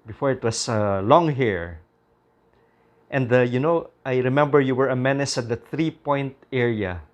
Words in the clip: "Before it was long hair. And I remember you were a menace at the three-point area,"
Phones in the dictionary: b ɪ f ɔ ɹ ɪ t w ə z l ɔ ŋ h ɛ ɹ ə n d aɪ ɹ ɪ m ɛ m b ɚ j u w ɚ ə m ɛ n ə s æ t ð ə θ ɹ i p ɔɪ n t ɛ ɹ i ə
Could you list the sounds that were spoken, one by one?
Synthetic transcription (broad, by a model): b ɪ f ɔ ɹ ɪ t w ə s l ɔ ŋ h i ɹ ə n d aɪ ɹ ɪ m ɛ m b ɚ j u w ɚ ə m ɛ n ə s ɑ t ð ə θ ɹ i p ɔɪ n t ɛ ɹ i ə